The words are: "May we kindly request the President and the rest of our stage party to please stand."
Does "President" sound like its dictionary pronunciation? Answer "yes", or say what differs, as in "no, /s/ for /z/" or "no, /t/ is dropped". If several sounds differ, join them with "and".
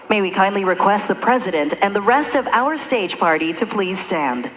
yes